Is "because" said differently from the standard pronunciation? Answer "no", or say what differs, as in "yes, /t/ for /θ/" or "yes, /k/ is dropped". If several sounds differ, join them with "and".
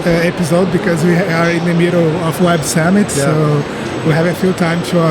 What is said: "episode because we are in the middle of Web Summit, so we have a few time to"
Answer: no